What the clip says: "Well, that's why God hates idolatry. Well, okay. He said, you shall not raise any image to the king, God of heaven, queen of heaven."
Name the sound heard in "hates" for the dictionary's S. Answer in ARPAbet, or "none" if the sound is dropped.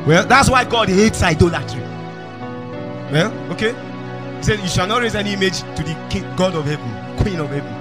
S